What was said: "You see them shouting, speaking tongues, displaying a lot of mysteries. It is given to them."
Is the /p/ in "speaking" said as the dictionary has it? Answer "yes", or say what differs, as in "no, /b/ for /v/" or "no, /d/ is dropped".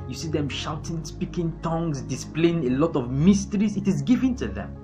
yes